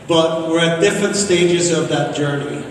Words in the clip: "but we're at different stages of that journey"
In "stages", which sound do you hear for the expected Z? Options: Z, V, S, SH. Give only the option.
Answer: Z